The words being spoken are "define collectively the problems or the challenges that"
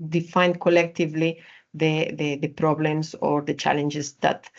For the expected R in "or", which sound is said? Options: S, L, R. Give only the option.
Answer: R